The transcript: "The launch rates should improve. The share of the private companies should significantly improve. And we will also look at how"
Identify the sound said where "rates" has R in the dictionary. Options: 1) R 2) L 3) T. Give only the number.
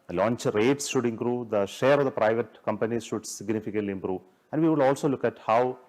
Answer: 1